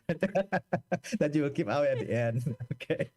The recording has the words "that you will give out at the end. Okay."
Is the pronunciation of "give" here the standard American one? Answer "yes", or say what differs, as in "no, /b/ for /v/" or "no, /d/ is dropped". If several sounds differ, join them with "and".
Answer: no, /p/ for /v/